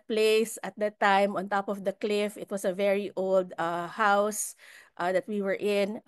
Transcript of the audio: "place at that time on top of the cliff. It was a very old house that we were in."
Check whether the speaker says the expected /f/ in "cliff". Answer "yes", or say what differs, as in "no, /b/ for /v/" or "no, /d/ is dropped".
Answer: yes